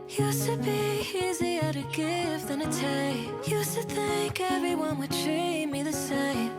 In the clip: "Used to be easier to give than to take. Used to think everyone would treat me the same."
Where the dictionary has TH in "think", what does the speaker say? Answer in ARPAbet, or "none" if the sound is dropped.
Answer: TH